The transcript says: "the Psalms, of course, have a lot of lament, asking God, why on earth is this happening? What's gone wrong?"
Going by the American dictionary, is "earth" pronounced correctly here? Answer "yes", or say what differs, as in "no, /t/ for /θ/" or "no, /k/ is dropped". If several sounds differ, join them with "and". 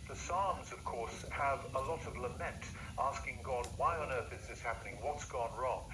yes